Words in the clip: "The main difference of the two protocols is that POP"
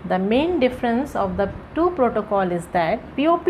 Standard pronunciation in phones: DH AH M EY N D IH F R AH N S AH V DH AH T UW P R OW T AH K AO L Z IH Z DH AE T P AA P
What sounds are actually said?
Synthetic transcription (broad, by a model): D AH M EY N D IH F R AH N S AH V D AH T UW P R OW T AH K AO L IH Z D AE T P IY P